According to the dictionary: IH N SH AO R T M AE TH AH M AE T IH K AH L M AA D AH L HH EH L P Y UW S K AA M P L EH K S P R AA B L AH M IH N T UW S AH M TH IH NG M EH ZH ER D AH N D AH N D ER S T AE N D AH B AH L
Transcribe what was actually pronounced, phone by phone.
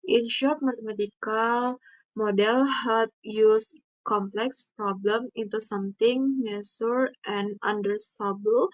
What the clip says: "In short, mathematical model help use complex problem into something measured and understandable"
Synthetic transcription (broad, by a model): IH N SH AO R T M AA T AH M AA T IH K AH L M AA D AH L HH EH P Y UW S K AA M P L EH K S P R AA B L AH M IH N T UW S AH M T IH NG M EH S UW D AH N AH N D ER S T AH B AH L